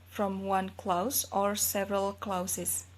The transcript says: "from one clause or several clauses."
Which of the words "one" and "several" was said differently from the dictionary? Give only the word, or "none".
none